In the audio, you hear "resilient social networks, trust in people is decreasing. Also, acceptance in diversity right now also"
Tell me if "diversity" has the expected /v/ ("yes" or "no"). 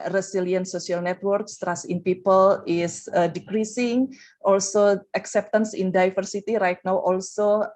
no